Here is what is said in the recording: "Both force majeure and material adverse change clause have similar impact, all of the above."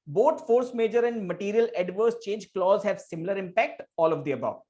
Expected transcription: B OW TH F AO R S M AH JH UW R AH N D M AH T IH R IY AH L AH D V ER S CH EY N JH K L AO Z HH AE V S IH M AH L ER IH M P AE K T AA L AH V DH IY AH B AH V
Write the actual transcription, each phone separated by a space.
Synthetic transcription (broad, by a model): B OW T F AO R S M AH JH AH R AH N D M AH T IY R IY AH L AH D V ER S CH EY N JH K L AO Z HH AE V S IH M AH L ER IH M P AE K T AA L AH V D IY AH B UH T